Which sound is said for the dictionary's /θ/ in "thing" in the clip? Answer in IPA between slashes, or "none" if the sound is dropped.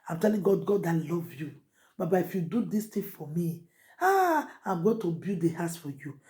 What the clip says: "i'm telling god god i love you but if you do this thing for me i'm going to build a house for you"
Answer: /t/